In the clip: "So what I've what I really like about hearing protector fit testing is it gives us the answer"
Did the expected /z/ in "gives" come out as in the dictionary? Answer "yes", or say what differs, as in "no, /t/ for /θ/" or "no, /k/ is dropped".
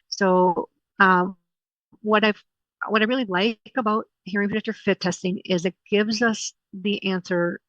yes